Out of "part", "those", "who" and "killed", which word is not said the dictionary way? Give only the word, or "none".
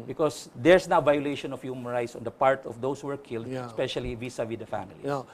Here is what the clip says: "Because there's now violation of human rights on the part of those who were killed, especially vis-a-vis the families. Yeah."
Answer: those